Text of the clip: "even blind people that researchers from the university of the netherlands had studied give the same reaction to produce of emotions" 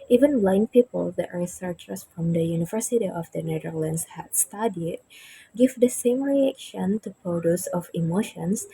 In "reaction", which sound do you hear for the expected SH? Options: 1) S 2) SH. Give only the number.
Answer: 2